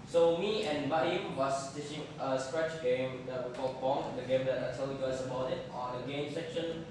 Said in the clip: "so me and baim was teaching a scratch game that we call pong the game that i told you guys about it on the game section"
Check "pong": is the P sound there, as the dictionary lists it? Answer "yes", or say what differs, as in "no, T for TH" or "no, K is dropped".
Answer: no, B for P